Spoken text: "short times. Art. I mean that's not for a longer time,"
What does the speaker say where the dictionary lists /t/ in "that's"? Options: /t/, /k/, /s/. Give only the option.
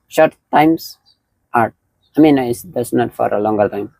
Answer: /s/